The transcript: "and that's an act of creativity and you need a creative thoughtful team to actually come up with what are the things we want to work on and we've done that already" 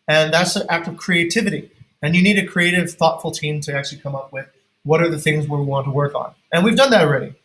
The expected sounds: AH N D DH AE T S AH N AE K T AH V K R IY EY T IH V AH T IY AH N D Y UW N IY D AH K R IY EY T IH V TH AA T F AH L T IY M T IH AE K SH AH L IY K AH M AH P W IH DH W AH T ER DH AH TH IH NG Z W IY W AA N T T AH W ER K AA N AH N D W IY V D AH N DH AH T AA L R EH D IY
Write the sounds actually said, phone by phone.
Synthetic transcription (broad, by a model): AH N DH AE T S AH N AE K T AH V K R IY EY T IH V AH T IY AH N Y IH N IY D AH K R IY EY T IH V TH AA T F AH L T IY M T IH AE K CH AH L IY K AH M AH P W IH DH W AH T ER DH AH TH IH NG Z W IY W AA N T T AH W ER K N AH N W IY V D AH N DH AH T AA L R EH D IY